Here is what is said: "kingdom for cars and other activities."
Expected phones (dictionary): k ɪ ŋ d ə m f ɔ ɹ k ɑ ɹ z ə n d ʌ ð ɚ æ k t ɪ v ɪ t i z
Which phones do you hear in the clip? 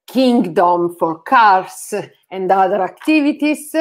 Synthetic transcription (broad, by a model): k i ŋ d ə m f ɔ ɹ k ɑ ɹ s ə n d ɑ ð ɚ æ k t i v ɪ t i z